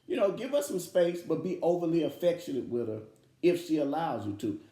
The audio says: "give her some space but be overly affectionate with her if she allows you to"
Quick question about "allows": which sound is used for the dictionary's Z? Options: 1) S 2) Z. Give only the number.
2